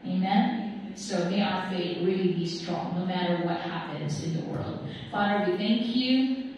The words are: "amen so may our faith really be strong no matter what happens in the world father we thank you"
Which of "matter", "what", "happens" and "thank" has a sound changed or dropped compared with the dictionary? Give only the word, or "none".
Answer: none